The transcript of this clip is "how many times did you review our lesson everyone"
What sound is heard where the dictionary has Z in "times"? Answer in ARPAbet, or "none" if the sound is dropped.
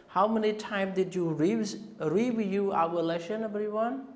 none